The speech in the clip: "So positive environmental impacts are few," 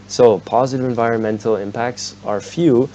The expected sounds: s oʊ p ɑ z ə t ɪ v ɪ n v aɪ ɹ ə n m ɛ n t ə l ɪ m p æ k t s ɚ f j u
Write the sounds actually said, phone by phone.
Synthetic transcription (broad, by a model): s oʊ p ɑ z ə t ɪ v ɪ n v aɪ ɹ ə n m ɛ n t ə l ɪ m p æ k t s ɚ f j u